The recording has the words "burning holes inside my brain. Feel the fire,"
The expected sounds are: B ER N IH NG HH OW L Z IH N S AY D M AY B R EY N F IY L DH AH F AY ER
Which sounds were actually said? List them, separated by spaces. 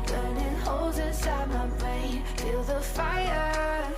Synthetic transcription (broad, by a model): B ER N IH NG HH OW L Z IH N S AY D M AY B EY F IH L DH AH F AY ER